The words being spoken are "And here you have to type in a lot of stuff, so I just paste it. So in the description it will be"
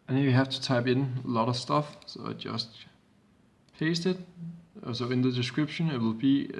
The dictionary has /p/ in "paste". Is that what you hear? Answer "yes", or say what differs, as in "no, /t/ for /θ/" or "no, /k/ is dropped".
no, /f/ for /p/